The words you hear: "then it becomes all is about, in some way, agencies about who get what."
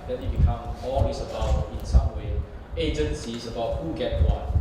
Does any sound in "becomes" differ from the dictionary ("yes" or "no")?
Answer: yes